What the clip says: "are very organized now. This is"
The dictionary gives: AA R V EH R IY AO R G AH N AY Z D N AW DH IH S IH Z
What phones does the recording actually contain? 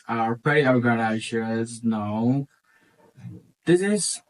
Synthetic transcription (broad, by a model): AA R P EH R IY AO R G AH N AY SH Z N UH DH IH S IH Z